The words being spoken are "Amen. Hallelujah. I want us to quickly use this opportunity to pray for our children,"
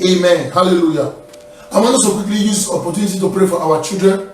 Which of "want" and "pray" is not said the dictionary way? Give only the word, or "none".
want